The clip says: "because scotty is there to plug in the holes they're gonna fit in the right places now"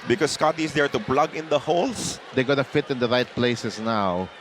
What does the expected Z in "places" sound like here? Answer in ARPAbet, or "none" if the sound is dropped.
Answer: S